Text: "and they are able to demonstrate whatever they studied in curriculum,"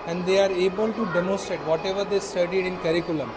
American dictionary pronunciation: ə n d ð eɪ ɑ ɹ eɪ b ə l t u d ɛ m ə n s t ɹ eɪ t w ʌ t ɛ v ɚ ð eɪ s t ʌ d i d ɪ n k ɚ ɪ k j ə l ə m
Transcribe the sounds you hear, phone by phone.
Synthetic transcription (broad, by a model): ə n d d eɪ ɑ ɹ eɪ b ə l t u d ɛ m ə n s t ɹ eɪ t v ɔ t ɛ v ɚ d eɪ s t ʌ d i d ɪ n k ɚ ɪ k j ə l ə m